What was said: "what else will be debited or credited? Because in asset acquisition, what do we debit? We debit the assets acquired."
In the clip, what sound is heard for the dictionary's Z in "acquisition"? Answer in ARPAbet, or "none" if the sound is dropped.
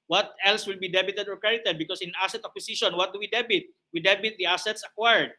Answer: S